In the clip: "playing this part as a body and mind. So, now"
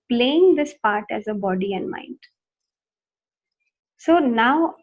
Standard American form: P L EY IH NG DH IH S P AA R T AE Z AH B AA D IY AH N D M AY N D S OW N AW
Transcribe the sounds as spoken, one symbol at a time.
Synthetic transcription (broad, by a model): P L EY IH NG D IH S P AA R T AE Z AH B AA D IY AH N D M AY N D S OW N AW